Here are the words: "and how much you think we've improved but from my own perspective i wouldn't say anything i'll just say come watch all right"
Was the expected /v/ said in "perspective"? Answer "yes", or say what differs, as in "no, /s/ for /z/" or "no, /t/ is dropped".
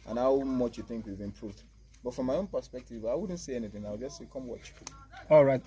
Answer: yes